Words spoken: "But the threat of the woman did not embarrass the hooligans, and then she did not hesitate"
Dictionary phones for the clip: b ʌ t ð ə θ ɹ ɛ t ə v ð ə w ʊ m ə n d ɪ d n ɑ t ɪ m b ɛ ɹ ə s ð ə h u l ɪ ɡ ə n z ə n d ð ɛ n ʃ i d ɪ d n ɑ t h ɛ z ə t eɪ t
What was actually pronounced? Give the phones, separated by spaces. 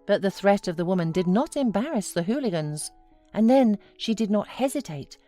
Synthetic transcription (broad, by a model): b ʌ t ð ə θ ɹ ɛ t ə v ð ə w ʊ m ə n d ɪ d n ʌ t ɪ m b ɛ ɹ ə s ð ə h u l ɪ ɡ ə n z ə n ð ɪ n ʃ i d ɪ d n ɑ t h ɛ z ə t eɪ t